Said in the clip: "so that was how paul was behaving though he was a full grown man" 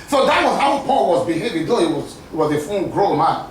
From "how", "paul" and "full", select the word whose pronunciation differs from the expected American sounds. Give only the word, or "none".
full